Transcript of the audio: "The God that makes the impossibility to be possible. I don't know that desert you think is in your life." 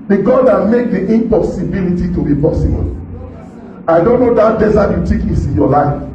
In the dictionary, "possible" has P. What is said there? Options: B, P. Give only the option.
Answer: B